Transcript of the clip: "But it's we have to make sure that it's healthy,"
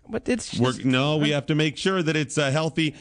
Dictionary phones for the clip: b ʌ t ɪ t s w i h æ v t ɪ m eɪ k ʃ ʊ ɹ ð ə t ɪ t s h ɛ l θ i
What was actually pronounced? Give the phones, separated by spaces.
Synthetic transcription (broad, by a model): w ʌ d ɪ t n w i h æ f t ɪ m eɪ k ʃ ʊ ɹ ð ə t ɪ t s h ɛ l θ i